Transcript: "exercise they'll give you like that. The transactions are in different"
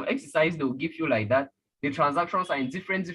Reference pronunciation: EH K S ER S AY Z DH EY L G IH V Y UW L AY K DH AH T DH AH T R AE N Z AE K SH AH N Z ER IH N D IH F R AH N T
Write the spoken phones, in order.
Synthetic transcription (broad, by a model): EH K S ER S AY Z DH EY W G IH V Y UW L AY K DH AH T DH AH T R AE N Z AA K SH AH N S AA IH N D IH F R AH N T